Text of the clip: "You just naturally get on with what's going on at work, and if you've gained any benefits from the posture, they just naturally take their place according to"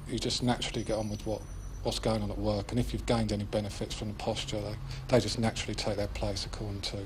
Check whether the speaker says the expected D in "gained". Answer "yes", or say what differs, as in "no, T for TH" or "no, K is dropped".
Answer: yes